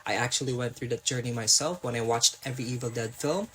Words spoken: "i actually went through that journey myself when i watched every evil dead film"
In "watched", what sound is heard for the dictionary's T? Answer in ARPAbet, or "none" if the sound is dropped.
T